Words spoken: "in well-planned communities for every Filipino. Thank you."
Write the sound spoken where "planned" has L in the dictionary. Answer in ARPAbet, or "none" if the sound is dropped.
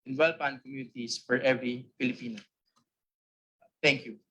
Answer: none